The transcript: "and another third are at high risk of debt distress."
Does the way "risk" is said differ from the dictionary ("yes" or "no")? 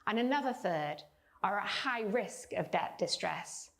no